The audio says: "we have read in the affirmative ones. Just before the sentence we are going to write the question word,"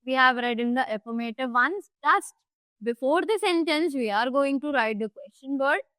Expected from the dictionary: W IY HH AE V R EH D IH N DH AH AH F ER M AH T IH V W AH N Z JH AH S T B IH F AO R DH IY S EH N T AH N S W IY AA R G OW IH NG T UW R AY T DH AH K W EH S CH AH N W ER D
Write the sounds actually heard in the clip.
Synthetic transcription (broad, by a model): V IY HH AE V R EH D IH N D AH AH P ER M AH T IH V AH N S JH AH S T B IH F AO R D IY S EH N T AH N S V IY AA R G OW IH NG T UW R AY T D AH K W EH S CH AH N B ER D